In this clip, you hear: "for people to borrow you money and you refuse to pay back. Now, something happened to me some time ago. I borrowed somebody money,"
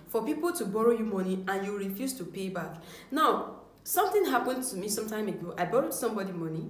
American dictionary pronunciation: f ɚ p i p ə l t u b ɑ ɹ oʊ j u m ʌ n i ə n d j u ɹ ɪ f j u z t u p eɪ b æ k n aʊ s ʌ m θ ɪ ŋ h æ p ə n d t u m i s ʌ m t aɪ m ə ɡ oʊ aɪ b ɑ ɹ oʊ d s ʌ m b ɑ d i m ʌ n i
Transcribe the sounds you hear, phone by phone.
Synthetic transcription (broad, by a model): f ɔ p i p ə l t u b ɑ ɹ oʊ j u m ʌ n i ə n j u ɹ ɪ f j u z t u p eɪ b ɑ k n aʊ s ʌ m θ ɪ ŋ h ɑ p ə n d t u m i s ʌ m t aɪ m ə ɡ oʊ aɪ b ɑ ɹ oʊ d s ʌ m b ɑ d i m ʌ n i